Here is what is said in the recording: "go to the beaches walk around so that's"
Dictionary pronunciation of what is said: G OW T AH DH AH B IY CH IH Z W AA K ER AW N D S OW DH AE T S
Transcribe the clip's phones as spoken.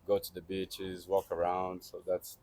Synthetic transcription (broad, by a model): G OW T AH DH AH B IY CH IH Z W AA K ER AW N D S OW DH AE T S